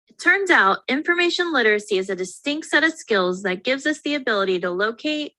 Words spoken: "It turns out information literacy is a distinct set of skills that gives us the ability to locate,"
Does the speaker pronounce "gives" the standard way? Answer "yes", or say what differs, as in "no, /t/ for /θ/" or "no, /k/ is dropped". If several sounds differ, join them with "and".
yes